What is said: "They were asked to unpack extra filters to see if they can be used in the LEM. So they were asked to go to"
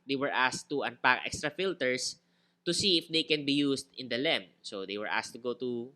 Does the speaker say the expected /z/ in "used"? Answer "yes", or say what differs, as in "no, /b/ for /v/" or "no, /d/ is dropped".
no, /s/ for /z/